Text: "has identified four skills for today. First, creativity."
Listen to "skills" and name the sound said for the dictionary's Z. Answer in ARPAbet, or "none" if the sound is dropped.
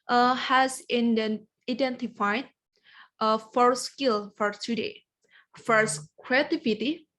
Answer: none